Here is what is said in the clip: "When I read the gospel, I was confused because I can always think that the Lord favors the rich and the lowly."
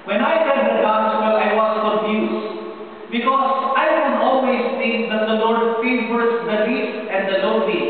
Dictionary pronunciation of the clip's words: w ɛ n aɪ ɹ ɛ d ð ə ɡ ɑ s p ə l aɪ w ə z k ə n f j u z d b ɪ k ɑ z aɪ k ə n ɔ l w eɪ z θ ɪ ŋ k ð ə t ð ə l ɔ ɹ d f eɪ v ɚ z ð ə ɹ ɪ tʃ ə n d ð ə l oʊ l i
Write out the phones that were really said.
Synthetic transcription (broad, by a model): w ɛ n aɪ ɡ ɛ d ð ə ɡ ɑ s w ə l aɪ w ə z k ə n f j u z b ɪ k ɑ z aɪ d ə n ɔ l w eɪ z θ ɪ ŋ k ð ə t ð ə l ɔ ɹ d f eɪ w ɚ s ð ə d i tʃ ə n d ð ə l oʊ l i